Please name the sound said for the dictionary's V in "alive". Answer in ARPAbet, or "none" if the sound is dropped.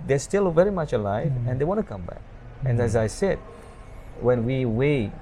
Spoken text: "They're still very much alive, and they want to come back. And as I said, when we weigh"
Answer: V